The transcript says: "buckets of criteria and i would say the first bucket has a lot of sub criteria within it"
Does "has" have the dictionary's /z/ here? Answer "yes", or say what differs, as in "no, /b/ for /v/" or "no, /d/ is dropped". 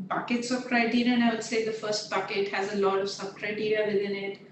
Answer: yes